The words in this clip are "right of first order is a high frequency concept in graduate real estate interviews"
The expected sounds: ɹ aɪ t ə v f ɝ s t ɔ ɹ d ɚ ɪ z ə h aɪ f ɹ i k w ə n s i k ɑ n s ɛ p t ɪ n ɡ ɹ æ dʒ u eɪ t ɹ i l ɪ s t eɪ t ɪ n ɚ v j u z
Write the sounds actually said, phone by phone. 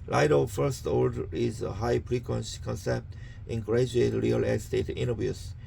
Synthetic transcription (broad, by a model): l aɪ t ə f ɝ s t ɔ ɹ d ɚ ɪ z ə h aɪ p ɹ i k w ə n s k ɑ n s ɛ p t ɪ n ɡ ɹ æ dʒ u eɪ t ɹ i l ɪ s t eɪ t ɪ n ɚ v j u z